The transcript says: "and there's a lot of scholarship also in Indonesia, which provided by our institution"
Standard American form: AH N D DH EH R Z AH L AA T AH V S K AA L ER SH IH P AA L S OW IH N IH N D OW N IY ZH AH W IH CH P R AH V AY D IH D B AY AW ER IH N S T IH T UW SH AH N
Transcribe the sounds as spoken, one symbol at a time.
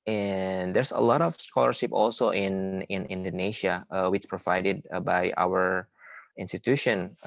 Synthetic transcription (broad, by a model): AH N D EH R S AH L AA T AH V S K AA L ER SH IH P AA L S OW IH N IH N D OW N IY SH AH W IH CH P R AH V AY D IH D B AY AW ER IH N S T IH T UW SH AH N